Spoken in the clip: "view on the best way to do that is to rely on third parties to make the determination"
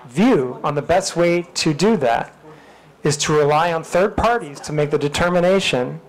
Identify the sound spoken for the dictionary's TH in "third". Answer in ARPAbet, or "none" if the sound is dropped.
TH